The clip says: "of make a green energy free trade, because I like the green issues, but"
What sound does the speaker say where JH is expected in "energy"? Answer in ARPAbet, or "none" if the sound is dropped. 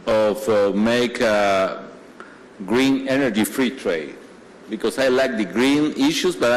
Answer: JH